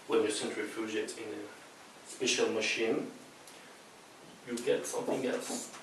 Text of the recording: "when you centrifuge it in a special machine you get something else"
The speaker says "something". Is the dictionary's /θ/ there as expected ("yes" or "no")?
yes